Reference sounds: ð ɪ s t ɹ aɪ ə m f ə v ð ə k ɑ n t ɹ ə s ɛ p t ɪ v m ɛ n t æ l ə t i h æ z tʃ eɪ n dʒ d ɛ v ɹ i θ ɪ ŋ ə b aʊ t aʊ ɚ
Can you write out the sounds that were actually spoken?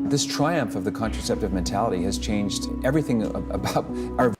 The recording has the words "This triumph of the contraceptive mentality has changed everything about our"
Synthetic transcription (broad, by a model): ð ɪ s t ɹ aɪ ə m f ə v ð ə k ɑ n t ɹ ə s ɛ p t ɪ v m ɛ n t æ l ə t i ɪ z tʃ eɪ n dʒ d ɛ v ɹ i θ ɪ ŋ ə b aʊ t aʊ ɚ